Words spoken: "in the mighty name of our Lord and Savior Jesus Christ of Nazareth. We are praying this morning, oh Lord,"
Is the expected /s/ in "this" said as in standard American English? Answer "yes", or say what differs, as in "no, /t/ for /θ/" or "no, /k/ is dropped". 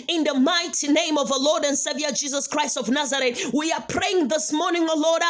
yes